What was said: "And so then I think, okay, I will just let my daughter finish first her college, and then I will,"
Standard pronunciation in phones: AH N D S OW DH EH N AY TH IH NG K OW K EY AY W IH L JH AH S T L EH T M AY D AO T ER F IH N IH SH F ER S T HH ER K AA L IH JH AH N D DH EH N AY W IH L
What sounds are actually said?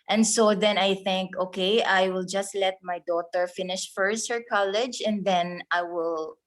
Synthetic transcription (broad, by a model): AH N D S OW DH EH N AY TH IH NG K OW K EY AY W IH L JH AH S T L EH T M AY D AO T ER F IH N IH SH F ER S T HH ER K AA L IH JH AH N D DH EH N AY W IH L